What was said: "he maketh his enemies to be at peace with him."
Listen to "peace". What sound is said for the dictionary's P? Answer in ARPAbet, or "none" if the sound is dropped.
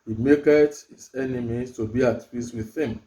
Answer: F